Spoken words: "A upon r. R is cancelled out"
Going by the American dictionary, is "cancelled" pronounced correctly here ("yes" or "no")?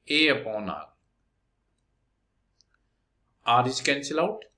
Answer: no